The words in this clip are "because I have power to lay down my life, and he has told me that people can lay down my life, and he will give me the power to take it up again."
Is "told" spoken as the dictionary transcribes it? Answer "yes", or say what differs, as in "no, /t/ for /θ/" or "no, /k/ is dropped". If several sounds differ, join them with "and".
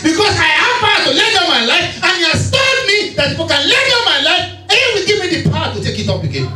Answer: no, /l/ is dropped